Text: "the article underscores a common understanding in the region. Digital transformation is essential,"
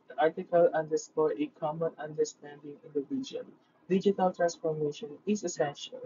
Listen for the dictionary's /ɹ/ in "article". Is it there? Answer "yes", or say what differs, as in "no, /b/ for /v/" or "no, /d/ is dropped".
yes